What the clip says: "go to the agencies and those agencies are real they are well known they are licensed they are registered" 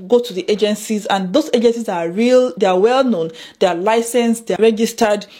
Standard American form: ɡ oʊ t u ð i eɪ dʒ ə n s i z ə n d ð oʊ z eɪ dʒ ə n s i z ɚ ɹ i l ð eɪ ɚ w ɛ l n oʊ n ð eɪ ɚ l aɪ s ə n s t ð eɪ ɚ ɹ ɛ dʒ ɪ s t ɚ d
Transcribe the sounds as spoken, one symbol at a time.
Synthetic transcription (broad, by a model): ɡ oʊ t u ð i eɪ dʒ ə n s i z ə n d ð oʊ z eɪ dʒ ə n s i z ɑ ɹ i l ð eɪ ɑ w ɛ l n oʊ n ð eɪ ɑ l aɪ s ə n s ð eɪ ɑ ɹ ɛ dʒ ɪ s t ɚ d